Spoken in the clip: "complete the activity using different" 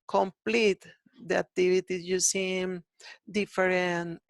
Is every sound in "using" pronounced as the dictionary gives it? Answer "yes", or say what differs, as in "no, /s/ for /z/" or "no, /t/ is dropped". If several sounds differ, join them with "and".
no, /s/ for /z/